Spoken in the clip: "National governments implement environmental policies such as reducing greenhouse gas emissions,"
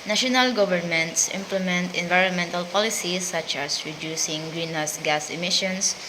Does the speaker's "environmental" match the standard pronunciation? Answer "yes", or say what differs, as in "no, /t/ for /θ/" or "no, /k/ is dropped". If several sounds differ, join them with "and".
yes